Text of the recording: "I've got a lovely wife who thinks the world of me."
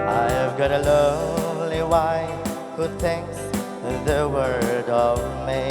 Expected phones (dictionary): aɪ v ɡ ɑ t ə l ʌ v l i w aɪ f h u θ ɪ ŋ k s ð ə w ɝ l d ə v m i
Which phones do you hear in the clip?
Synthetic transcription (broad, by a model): aɪ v ɡ ɑ t ə l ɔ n l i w aɪ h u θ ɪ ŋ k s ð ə w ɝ d ə v m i